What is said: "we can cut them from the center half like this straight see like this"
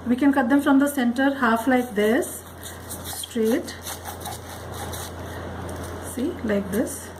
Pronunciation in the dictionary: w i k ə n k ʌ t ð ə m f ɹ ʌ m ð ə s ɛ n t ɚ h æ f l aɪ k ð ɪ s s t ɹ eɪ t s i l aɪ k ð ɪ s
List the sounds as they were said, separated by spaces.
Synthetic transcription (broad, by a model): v i k ə n k ʌ t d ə m f ɹ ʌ m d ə s ɛ n t ɚ h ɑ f l aɪ k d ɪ s s t ɹ eɪ t s i l aɪ k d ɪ s